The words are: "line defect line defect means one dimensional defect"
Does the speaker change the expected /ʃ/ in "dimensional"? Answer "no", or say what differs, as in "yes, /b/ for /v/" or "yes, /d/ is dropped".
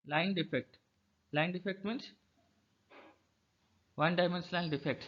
yes, /s/ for /ʃ/